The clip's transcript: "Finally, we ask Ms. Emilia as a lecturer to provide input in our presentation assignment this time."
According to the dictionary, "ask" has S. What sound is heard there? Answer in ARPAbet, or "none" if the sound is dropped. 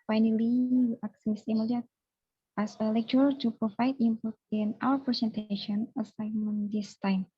none